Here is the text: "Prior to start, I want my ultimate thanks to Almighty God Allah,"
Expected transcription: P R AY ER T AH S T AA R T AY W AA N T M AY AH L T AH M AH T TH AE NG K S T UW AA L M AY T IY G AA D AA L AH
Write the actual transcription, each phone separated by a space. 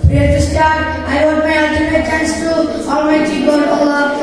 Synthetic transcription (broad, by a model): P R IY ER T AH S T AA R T AY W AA T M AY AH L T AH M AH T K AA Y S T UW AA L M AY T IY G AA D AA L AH